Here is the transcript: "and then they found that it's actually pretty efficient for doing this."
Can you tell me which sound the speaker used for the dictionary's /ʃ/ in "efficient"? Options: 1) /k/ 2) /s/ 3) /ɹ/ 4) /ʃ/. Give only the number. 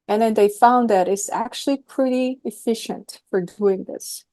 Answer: 4